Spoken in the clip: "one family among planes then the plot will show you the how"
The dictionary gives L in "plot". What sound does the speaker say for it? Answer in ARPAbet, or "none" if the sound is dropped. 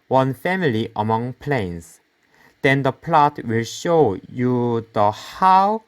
L